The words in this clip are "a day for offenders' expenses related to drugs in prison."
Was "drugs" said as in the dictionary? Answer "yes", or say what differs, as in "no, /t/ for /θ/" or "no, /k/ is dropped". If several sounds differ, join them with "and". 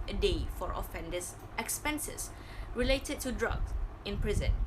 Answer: no, /z/ is dropped